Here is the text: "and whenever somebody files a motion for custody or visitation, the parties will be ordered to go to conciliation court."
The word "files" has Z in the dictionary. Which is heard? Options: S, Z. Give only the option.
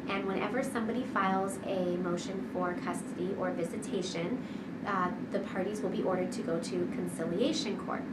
Z